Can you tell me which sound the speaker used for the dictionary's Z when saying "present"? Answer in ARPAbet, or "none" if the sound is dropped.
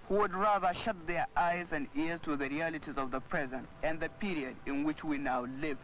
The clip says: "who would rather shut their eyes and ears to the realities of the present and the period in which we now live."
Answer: Z